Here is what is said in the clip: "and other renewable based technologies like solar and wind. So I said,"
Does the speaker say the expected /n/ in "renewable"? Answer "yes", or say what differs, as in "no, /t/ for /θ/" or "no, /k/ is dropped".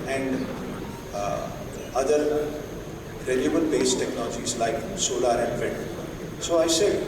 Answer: no, /l/ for /n/